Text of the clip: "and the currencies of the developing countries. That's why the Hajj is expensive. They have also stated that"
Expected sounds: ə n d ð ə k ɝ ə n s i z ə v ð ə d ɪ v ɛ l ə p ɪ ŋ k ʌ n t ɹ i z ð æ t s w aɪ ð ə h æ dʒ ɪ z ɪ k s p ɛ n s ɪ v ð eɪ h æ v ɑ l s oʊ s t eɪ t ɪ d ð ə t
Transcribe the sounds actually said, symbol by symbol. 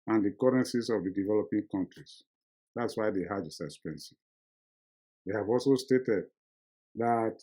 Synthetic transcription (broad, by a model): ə n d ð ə k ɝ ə n s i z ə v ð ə d ɪ v ɛ l ə p ɪ ŋ k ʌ n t ɹ i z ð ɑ t s w aɪ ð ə h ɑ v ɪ s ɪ s p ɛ n s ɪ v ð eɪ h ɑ v ɑ l s oʊ s t eɪ t ɪ d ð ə t